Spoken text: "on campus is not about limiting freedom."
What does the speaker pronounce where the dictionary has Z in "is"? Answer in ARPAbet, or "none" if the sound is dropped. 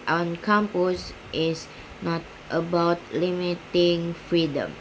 S